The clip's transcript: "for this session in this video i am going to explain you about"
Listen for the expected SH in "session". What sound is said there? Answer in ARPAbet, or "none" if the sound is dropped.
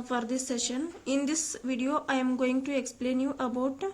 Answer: SH